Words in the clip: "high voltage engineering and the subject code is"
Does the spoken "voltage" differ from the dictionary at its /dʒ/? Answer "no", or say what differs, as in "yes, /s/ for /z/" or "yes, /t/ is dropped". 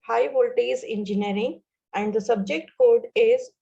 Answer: yes, /z/ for /dʒ/